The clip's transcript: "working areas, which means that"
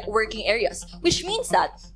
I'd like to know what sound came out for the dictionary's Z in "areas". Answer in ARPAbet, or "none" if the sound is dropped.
S